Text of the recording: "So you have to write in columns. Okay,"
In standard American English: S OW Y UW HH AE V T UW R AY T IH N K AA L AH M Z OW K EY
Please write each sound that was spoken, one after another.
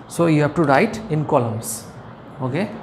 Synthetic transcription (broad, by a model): S OW Y UW HH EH B T UW R AY T IH N K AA L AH M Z OW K EY